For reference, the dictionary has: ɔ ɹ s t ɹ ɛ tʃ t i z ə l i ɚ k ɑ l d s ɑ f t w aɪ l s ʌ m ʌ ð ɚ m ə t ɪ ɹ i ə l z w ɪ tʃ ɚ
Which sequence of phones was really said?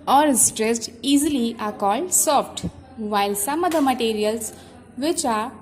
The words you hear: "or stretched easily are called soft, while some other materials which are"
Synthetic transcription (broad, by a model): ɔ ɹ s t ɹ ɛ s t i z ə l i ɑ k ɑ l d s ɑ f t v aɪ l s ʌ m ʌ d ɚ m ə t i ɹ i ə l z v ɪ tʃ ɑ